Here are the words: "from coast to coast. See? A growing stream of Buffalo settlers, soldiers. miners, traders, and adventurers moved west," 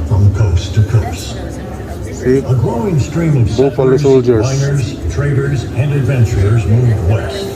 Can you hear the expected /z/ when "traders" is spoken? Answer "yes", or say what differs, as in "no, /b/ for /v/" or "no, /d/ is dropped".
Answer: yes